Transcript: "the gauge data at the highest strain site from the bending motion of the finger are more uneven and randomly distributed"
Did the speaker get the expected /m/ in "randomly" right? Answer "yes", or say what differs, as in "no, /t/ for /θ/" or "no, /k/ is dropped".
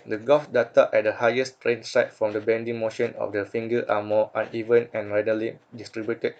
no, /m/ is dropped